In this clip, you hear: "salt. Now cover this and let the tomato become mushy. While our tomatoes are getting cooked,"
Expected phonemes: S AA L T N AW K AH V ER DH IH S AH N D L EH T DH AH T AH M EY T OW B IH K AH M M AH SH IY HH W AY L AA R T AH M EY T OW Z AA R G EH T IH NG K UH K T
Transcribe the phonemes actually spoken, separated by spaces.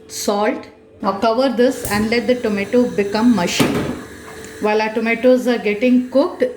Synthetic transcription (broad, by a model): S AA L T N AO K AH V ER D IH S AH N D L EH T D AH T AH M EY T OW B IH K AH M M AH SH IY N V AY L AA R T AH M EY T OW Z AA R G EH T IH NG K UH K T